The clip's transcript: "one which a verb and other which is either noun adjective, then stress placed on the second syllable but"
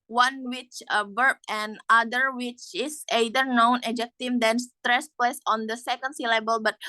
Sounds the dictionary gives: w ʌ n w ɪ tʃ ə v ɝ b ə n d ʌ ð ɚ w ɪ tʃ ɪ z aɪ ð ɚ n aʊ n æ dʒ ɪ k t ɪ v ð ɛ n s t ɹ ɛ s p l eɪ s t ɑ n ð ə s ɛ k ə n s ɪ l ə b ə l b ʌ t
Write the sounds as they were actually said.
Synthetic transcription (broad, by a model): w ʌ n w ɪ tʃ ə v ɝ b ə n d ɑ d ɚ w ɪ tʃ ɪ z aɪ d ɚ n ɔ n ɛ dʒ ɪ k t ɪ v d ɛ n s t ɹ ɛ s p l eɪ s ɑ n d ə s ɛ k ə n s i l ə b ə l b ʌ t